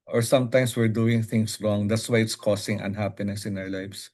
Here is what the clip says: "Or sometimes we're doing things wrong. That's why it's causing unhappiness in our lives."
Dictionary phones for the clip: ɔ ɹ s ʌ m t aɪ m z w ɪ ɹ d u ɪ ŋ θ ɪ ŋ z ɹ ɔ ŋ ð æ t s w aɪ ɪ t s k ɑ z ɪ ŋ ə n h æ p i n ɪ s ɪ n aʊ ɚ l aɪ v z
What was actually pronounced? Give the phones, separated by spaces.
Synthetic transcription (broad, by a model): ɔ ɹ s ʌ m t aɪ m s w ɪ ɹ d u ɪ ŋ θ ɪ ŋ s ɹ ɔ ŋ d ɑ t s w aɪ ɪ t s k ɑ s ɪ ŋ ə n h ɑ p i n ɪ s ɪ n aʊ ɚ l aɪ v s